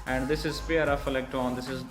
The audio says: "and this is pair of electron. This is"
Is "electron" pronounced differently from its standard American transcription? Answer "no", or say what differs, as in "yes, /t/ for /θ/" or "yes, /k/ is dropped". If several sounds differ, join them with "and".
yes, /ɹ/ is dropped